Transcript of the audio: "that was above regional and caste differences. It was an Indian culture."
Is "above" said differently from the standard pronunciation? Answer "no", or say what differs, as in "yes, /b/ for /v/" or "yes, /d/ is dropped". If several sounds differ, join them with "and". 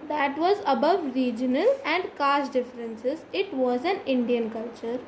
no